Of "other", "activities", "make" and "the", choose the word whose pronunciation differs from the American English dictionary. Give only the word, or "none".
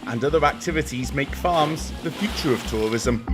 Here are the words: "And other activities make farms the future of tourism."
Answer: none